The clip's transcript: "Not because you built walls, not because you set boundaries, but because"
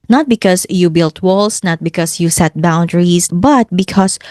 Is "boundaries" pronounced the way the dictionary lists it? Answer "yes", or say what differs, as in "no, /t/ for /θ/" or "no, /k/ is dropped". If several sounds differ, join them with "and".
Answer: no, /s/ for /z/